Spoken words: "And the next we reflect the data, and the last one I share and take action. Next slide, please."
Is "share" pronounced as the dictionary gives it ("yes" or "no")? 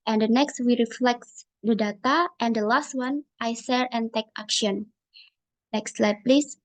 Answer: no